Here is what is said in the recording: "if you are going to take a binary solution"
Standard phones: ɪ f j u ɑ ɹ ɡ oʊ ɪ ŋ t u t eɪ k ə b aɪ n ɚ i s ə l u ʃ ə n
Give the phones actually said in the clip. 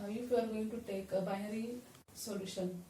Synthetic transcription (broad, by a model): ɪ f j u ɑ ɹ ɡ oʊ ɪ ŋ t u t eɪ k ə b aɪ ɚ i s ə l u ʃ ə n